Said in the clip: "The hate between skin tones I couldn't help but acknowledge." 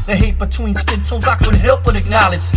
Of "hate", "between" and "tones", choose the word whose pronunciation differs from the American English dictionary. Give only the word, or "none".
tones